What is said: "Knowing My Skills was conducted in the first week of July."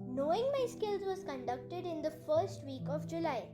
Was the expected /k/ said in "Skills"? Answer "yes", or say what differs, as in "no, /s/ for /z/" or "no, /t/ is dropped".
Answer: yes